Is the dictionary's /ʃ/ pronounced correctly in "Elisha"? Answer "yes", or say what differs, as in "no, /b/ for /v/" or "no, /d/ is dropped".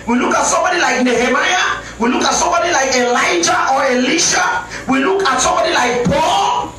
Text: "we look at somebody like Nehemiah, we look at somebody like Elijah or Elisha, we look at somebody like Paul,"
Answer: yes